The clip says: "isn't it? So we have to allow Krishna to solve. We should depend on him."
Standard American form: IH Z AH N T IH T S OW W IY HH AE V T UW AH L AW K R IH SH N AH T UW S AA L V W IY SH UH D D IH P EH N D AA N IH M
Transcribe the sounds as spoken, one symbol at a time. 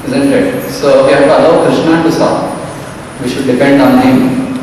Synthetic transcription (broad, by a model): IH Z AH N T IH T S OW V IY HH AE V T UW AH L AW K R IH SH N AH T UW S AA V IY SH UH D D IH P EH N D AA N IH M